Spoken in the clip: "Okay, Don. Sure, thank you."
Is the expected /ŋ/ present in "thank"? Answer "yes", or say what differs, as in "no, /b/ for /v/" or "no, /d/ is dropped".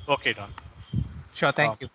no, /ŋ/ is dropped